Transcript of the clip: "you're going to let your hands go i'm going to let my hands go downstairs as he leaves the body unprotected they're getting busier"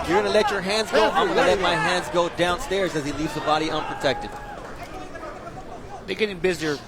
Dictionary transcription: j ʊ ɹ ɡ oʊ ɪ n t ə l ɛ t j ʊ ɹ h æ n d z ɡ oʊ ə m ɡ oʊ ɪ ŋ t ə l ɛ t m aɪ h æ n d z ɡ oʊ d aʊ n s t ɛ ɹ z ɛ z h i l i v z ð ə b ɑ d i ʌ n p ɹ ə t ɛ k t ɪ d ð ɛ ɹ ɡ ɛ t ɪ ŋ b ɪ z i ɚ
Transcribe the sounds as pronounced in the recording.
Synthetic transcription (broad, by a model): j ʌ ɹ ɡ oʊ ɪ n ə l ɛ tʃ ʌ ɹ h æ n d z ɡ oʊ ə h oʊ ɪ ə l ɛ t m aɪ h æ n d z ɡ oʊ d aʊ n s t ɛ ɹ z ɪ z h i l i v z ð ə b ɑ d i ʌ n p ɹ ə t ɛ k t ɪ d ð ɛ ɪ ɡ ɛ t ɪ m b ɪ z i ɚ